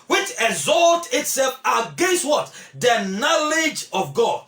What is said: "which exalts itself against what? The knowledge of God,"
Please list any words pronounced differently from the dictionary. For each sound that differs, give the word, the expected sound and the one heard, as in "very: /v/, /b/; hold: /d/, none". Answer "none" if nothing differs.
exalts: /s/, none